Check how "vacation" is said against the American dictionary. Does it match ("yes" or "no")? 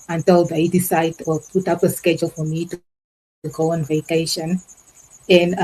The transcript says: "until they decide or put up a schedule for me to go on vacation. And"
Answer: yes